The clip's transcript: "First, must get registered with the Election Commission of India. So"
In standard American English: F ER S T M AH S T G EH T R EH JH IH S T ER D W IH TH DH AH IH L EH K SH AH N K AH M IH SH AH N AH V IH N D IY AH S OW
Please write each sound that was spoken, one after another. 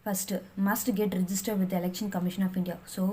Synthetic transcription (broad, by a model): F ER S T M AH S T G EH T R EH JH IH S T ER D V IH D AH IH L EH K SH AH N K AH M IH SH AH N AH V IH N D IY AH S OW